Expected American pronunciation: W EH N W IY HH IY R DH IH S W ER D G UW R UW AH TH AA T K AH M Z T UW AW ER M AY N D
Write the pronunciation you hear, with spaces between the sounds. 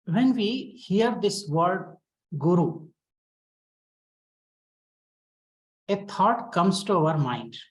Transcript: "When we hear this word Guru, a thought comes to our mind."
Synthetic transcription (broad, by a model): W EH N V IY HH IY R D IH S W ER D G UW R UW AH T AA T K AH M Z T UW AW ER M AY N D